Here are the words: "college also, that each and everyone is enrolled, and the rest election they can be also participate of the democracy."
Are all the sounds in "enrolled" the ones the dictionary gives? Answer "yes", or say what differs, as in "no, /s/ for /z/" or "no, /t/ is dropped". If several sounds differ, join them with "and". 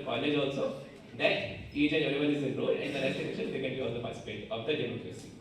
no, /d/ is dropped